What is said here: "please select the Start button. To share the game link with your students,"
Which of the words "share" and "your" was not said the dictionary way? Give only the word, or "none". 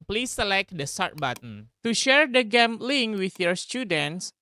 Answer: none